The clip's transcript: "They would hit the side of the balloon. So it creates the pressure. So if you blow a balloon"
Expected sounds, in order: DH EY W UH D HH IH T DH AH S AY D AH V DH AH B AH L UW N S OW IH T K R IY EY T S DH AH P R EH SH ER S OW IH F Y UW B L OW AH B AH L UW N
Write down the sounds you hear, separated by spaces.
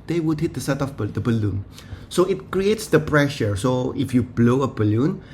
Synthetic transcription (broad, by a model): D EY W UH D HH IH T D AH S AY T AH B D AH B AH L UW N S OW IH T K R IY EY T S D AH P R EH SH ER S OW IH F Y UW B L OW AH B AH L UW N